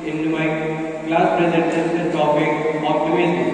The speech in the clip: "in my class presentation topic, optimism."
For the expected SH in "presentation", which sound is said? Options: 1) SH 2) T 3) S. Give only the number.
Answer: 3